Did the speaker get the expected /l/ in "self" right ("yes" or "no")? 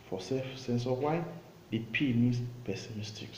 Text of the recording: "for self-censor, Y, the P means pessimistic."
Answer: no